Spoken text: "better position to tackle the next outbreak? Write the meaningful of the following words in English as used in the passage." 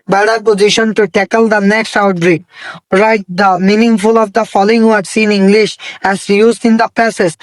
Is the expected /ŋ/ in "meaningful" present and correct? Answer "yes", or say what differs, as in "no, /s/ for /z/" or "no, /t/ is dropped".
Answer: yes